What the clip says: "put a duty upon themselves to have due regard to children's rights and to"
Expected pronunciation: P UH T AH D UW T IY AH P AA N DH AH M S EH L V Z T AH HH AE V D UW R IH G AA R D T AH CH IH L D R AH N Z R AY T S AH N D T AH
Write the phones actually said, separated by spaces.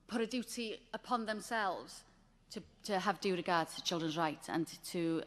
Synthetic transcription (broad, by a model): P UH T AH D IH T IY AH P AA N DH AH M S EH L V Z T AH HH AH V D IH R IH G AA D T AH CH IH L D R AH N Z R AY T AH N T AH